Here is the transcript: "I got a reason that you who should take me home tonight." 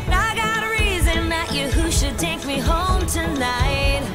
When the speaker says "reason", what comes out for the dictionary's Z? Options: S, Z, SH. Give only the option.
Z